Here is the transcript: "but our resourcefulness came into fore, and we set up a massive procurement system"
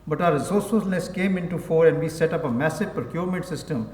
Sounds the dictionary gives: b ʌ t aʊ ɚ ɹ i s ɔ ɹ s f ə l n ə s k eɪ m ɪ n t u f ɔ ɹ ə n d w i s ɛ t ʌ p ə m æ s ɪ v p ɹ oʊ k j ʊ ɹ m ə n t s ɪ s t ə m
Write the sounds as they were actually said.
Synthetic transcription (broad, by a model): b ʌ t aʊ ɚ ɹ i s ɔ ɹ s ə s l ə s k eɪ m ɪ n t u f ɔ ɹ ə n d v i s ɛ t ʌ p ə m æ s ɪ v p ɹ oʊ k j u ɹ m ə n t s ɪ s t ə m